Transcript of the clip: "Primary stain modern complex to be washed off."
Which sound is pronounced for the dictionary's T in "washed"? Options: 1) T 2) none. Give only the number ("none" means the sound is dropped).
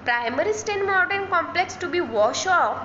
2